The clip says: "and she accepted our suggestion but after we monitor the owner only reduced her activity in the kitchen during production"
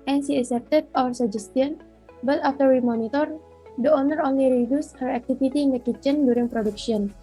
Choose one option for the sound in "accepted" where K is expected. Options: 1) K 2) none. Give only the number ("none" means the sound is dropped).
2